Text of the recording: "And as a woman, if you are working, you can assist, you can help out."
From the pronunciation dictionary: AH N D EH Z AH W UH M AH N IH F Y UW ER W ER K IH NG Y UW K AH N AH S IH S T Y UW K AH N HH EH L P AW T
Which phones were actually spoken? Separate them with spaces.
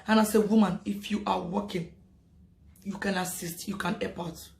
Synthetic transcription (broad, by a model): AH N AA S AH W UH M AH N IH F Y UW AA W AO K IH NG Y UW K AH N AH S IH S T Y UW K AH N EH P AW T